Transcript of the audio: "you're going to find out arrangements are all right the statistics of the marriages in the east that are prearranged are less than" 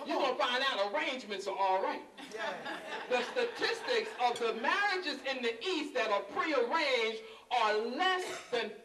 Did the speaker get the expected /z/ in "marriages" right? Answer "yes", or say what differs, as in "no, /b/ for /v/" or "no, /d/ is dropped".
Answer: yes